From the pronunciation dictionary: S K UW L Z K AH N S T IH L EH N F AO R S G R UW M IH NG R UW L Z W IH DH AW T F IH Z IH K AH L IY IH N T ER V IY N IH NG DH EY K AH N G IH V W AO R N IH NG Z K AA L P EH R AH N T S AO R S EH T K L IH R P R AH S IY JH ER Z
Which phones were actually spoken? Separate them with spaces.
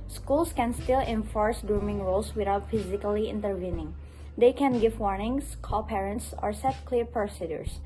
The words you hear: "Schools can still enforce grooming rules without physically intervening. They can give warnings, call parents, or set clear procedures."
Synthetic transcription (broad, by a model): S K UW L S K AH N S T IH L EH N F AO R S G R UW M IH NG R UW L S W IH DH AW T F IH Z IH K AH L IY IH N T ER V IY N IH NG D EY K AH N G IH V W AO R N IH NG S K AA L P EH R AH N T S AO R S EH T K L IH R P R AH S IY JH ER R